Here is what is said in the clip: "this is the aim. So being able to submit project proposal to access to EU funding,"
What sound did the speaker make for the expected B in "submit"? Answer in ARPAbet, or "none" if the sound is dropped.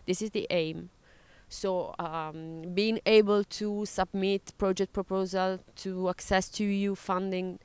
B